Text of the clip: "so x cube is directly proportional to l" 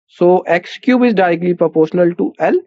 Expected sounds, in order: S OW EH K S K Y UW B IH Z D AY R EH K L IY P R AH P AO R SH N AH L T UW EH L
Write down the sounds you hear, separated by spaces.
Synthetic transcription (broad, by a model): S OW EH K S K Y UW B IH Z D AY R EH K L IY P R AH P AO R SH N AH L T UW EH L